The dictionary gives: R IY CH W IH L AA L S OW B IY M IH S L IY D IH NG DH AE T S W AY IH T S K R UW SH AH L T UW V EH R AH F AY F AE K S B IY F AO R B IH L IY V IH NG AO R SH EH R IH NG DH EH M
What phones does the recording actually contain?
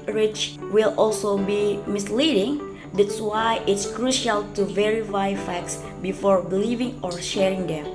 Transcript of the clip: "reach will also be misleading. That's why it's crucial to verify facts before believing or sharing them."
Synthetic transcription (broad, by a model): R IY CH W IH L AA L S OW B IY M IH S L IY D IH NG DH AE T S W AY IH T S K R UW SH AH L T UW V EH R AH F AY F AE K S B IY F AO R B L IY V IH NG AO R SH EH R IH NG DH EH M